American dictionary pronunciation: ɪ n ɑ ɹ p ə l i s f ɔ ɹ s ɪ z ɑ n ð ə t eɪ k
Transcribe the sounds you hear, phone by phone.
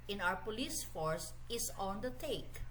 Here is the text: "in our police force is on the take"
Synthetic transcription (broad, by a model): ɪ n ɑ w p ə l i s f ɔ ɹ s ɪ s ɑ n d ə t eɪ k